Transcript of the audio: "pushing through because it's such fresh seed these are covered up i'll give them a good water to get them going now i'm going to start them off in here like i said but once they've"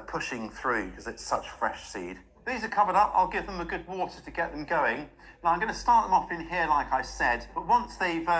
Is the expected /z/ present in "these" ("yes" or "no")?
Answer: yes